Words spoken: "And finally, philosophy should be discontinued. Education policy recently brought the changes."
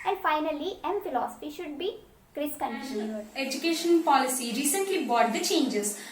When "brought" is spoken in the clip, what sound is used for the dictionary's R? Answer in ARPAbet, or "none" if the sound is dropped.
none